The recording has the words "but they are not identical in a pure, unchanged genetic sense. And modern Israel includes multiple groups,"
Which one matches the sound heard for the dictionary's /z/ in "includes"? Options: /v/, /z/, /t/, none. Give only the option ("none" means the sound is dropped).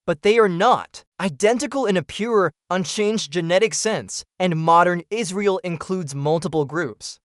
/z/